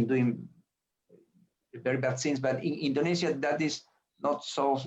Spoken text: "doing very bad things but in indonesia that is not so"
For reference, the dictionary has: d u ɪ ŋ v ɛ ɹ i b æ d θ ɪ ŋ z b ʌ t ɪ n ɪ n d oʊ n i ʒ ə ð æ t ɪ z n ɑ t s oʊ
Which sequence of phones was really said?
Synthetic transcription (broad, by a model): d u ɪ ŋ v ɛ ɹ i b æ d s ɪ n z b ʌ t ɪ n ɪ n d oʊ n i s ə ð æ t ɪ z n ɑ t s oʊ